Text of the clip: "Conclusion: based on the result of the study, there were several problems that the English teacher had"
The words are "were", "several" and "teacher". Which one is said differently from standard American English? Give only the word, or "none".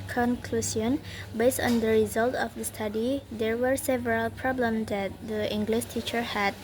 none